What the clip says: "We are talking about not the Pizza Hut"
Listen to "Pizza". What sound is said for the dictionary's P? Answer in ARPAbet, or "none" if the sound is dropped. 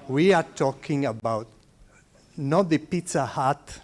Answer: P